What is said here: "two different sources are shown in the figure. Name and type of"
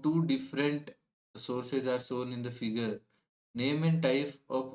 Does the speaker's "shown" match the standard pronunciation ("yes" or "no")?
no